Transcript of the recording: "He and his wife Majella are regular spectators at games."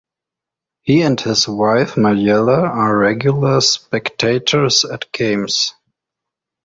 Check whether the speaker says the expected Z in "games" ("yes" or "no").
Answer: no